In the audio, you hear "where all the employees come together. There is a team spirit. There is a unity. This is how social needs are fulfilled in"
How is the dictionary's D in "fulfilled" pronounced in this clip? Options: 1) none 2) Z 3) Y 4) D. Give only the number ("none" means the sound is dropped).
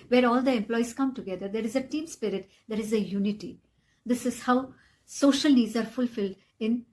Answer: 4